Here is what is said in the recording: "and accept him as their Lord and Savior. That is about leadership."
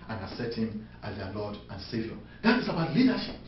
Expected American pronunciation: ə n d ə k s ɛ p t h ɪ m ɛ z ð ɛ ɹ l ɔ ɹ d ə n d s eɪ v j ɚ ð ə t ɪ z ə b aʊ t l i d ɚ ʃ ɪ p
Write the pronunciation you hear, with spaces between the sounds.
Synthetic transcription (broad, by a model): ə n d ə s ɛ t h ɪ m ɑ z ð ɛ l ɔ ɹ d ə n s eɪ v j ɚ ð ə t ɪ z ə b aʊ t l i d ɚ ʃ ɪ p